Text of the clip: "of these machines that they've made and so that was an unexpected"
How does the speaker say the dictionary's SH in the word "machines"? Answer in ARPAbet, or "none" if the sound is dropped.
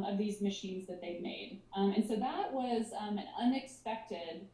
SH